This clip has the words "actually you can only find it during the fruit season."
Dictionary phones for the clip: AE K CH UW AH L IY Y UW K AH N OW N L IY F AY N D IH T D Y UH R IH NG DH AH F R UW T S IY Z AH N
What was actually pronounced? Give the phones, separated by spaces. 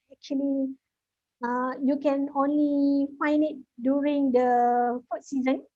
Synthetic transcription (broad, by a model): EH K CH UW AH L IY Y UW K AH N OW N L IY F AY N D IH T D Y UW R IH NG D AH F UW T S IY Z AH N